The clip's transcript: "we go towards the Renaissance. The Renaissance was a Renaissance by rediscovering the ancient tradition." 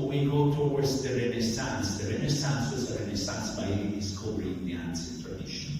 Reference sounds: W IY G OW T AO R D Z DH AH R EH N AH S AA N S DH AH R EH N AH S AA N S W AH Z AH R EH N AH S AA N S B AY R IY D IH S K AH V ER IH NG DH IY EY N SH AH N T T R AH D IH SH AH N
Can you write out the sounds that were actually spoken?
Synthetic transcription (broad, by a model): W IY G OW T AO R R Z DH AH R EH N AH S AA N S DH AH R EH N AH S AA N S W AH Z AH R EH N AH S AA N S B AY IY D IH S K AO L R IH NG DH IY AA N S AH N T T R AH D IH SH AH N